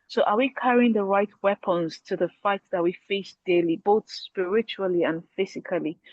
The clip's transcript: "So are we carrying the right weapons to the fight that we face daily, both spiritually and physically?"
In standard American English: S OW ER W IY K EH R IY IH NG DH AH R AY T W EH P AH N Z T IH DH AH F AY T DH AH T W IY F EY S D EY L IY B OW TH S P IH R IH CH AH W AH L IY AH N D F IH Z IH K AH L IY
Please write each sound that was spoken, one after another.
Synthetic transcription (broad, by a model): S OW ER W IY K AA R IY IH NG DH AH R AY T W EH P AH N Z T IH DH AH F AY T DH AH T W IY F EY S D EY L IY B OW TH S P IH R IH CH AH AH L IY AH N F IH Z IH K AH L IY